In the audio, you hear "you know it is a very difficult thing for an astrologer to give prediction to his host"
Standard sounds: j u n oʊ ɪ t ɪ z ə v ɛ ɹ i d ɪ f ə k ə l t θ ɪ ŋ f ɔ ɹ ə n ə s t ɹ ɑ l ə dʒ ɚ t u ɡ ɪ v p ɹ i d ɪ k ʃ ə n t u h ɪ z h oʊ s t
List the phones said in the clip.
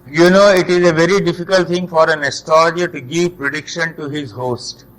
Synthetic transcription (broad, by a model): j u n oʊ ɪ t ɪ z ə v ɛ ɹ i d ɪ f ə k ə l t t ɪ ŋ f ɔ ɹ ə n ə s t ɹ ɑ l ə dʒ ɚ t u ɡ ɪ v p ɹ i d ɪ k ʃ ə n t u h ɪ z h oʊ s t